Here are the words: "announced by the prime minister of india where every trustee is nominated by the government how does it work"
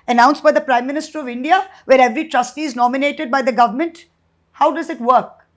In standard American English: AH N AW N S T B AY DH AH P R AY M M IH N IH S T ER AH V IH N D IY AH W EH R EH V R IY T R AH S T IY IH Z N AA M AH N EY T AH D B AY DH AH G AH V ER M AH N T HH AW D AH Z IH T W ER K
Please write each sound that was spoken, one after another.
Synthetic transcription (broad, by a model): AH N AW N S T B AY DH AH P R AY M M IH N IH S T ER AH V IH N D IY AH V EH R EH V R IY T R AH S T IY IH Z N AA M AH N EY T AH D B AY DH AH G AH V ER M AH N T HH AW D AH Z IH T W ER K